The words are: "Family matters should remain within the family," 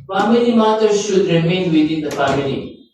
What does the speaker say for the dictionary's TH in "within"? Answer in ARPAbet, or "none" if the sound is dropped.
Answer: T